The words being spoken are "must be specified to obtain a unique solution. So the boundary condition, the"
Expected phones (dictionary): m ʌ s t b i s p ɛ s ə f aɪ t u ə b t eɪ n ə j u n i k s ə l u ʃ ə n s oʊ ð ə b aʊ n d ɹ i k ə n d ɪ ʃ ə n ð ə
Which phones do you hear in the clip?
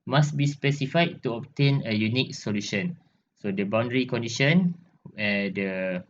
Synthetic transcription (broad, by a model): m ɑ s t b i s p ɛ s ə f aɪ t u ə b t eɪ n ə j u n i k s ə l u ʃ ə n s oʊ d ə b aʊ n d ɹ i k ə n d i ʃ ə n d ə